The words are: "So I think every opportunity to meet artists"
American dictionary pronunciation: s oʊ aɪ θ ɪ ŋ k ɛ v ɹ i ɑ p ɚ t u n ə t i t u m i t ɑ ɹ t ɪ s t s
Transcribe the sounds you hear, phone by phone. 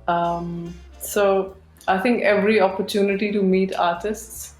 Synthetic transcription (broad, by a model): s oʊ aɪ t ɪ ŋ k ɛ v ɹ i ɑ p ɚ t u n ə t i t u m i t ɑ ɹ t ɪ s t s